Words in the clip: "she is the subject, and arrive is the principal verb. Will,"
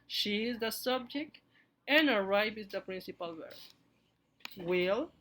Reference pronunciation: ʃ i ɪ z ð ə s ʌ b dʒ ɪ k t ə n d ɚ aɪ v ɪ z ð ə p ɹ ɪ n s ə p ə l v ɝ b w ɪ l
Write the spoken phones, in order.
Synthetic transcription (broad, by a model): ʃ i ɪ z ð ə s ʌ b dʒ ɪ k t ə n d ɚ aɪ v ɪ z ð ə p ɹ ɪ n s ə p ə l w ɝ w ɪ l